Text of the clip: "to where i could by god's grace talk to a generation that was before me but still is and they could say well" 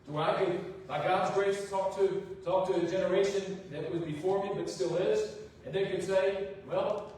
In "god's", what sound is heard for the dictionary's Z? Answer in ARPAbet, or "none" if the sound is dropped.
Z